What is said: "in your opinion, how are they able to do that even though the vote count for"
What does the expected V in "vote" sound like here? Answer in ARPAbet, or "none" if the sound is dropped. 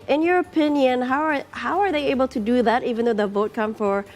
V